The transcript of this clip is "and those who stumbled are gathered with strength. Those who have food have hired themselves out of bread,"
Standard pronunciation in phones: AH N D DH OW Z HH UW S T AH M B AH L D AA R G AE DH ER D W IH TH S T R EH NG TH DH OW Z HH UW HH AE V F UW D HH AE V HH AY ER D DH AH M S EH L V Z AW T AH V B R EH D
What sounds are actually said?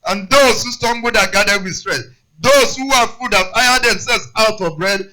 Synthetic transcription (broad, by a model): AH N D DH OW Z HH UW S T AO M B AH D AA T G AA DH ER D W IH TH S T R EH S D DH OW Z HH UW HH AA F UW D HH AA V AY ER D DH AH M S EH L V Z AW T AH V B R EH D